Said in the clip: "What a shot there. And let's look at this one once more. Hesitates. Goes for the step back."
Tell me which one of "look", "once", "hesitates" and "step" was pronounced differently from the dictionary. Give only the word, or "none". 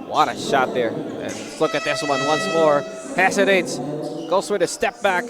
hesitates